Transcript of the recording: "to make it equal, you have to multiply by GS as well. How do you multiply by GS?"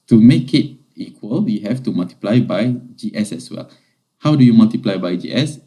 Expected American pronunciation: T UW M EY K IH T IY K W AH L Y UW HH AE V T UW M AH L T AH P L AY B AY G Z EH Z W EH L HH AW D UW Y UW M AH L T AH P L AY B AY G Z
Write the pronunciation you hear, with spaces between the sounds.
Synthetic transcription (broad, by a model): T UW M EY K IH T IY K W AH L Y UW HH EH F T UW M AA L T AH P L AY B AY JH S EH S W EH L HH AW D UW Y UW M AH L T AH P L AY B AY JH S